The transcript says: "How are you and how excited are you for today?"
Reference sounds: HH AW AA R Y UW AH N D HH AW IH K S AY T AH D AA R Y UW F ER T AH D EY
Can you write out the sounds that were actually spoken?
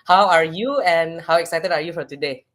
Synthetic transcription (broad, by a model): HH AW AA R Y UW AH N HH AW IH K S AY T AH D AA R Y UW F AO T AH D EY